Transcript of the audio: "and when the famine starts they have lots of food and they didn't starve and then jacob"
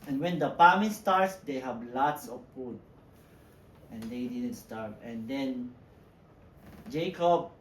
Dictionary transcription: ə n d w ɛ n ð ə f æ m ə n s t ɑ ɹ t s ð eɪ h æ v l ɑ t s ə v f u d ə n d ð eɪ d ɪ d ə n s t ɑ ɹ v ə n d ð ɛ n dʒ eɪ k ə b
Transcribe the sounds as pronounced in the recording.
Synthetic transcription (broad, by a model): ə n w ɛ n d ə p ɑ m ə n s t ɑ ɹ t s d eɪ h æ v l ɑ t s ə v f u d ə n d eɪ d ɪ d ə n s t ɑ ɹ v ə n d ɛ n dʒ eɪ k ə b